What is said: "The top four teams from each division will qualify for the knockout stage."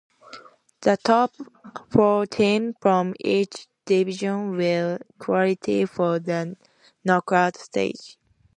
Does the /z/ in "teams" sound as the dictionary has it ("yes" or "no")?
no